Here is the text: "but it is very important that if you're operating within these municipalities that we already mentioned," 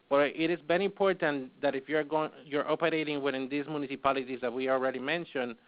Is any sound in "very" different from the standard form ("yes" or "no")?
yes